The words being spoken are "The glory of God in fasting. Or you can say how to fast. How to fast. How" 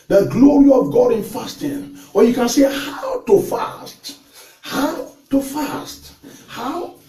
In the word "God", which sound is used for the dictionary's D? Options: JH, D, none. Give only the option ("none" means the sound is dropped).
D